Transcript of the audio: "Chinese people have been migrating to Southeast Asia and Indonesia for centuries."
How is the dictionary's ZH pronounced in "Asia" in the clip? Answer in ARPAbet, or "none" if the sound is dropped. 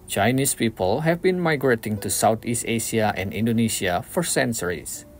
S